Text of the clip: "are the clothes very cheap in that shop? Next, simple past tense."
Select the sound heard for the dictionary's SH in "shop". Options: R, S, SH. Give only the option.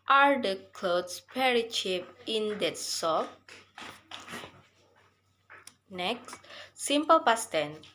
S